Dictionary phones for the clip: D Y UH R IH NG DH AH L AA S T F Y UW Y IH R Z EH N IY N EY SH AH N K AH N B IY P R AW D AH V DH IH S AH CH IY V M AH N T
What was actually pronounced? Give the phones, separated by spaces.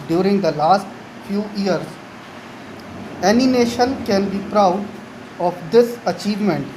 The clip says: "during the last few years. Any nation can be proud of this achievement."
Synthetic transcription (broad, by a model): D Y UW R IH NG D AH L AA S T F Y UW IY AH R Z EH N IY N EY SH AH N K AH N B IY P R AW D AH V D IH S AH CH IY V M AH N T